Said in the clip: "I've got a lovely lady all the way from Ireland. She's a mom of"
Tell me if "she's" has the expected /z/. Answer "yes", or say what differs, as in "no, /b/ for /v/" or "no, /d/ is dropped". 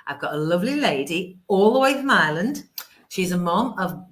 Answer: yes